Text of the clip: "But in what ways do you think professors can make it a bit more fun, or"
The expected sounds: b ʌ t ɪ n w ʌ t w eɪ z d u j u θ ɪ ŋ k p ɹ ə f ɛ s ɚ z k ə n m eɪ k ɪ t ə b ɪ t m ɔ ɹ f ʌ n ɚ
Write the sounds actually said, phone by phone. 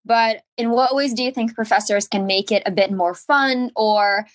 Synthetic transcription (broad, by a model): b ʌ t ɪ n w ʌ t w eɪ z d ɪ j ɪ θ ɪ ŋ k p ɹ ə f ɛ s ɚ z k ə n m eɪ k ɪ t ə b ɪ t m ɔ ɹ f ʌ n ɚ